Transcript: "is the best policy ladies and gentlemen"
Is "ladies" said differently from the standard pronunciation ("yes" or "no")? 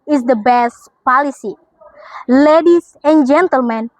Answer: yes